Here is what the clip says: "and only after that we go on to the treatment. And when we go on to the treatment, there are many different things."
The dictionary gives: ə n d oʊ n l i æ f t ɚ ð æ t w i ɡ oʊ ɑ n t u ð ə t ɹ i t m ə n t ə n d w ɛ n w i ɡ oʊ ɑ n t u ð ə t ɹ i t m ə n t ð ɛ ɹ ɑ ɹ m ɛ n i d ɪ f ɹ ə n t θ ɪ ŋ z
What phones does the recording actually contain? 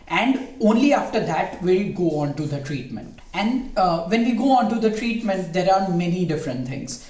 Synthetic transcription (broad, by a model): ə n d oʊ n l i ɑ f t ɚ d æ t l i ɡ oʊ ɑ n t u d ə t ɹ i t m ə n t ə n d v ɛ n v i ɡ oʊ ɑ n t u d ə t ɹ i t m ə n t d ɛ ɹ ɑ ɹ m ɛ n i d ɪ f ɹ ə n t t ɪ ŋ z